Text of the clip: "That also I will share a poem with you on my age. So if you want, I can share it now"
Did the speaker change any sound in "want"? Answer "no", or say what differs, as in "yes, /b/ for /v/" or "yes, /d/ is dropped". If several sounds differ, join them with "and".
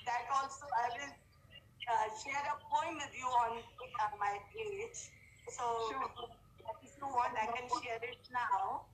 yes, /t/ is dropped